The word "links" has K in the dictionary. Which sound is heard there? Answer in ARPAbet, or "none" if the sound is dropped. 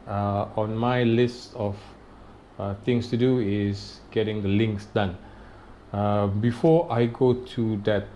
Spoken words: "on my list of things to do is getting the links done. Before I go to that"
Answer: K